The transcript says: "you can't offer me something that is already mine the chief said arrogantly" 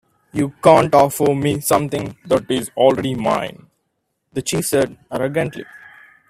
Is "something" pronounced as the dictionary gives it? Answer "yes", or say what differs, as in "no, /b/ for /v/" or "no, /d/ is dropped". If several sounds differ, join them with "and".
no, /t/ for /θ/